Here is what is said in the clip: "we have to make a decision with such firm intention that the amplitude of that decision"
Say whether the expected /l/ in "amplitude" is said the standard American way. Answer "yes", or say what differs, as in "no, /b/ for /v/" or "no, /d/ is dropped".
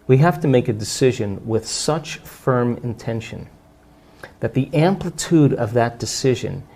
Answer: yes